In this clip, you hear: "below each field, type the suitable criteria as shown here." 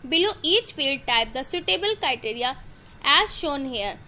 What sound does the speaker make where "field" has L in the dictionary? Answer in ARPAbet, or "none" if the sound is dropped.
L